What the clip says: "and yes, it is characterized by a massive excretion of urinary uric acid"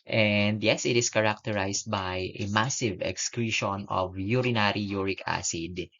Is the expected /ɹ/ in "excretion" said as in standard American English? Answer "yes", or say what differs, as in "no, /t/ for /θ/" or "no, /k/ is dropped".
yes